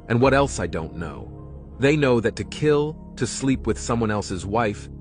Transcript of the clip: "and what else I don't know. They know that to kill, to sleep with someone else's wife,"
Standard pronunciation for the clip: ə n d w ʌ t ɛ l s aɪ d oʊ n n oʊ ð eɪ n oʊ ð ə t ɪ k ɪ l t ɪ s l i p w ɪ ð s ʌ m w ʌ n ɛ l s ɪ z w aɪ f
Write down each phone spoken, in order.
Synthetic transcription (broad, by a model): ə n w ʌ t ɛ l s aɪ d oʊ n n oʊ ð eɪ n oʊ ð ə t ɪ k ɪ l t ɪ s l i p w ɪ ð s ʌ m w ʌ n ɛ l s ɪ z w aɪ f